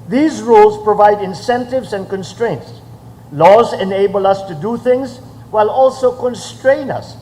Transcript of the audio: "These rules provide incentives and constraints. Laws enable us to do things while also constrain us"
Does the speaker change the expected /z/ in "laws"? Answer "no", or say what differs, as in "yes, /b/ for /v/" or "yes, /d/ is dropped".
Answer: no